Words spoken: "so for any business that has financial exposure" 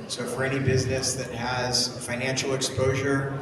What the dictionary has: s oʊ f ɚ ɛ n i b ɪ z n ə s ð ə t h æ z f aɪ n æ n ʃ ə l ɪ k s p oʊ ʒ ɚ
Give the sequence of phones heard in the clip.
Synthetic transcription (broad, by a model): s oʊ f ɚ ɛ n i b ɪ z n ə s ð ə t h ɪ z f aɪ n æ n ʃ l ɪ k s p oʊ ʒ ɚ